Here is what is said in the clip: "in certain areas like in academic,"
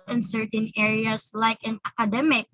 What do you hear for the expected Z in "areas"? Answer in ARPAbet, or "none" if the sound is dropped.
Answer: S